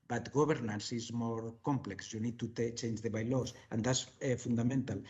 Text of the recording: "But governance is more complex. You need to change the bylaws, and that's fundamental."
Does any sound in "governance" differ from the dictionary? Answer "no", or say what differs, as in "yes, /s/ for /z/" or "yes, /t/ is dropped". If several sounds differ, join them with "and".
yes, /b/ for /v/